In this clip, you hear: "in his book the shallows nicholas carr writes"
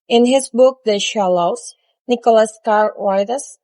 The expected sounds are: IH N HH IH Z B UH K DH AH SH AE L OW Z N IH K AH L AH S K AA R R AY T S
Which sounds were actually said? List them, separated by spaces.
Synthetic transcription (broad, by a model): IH N HH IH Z B UH K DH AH SH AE L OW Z N IH K AH L AH S K AA R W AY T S